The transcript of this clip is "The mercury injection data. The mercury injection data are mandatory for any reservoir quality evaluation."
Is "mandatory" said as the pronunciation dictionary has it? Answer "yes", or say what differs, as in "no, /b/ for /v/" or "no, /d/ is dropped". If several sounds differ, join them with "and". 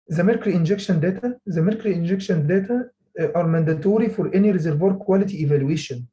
yes